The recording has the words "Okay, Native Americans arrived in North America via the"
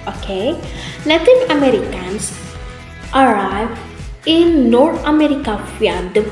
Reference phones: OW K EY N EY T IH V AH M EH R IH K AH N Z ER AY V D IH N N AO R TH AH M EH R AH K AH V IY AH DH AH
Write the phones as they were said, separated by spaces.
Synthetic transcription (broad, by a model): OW K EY L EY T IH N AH M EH R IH K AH N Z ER AY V IH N N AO R T AH M EH R AH K AH F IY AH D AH